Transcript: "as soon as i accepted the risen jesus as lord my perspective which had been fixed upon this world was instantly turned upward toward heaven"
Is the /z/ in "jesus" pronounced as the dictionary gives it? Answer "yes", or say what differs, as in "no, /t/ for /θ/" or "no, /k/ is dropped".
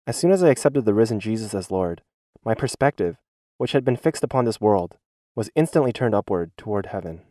yes